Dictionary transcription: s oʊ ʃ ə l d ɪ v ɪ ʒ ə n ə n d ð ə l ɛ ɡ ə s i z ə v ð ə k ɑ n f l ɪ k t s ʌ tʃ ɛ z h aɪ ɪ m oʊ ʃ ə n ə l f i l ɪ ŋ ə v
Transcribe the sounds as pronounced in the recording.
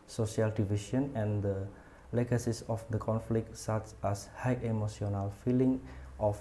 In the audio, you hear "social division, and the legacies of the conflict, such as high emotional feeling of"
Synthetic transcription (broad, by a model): s oʊ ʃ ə l d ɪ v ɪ ʃ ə n ə n d ə l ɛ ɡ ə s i s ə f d ə k ɑ n f l ɪ k t s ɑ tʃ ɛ s h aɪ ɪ m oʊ s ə n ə l f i l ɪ ŋ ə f